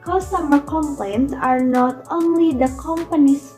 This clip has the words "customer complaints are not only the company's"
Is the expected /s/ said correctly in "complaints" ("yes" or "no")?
no